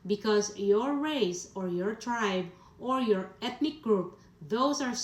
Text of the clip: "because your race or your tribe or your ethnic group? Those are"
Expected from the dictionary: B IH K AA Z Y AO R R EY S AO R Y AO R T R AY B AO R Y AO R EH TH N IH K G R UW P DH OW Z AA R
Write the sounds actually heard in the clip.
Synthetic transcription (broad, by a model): B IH K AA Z Y AO R R EY S AO R Y AO R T R AY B AO R Y AO R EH T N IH K G R UW P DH OW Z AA R